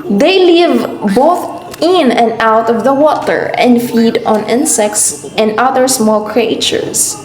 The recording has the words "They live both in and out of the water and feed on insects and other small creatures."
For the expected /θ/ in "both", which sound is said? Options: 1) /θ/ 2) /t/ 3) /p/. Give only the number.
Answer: 1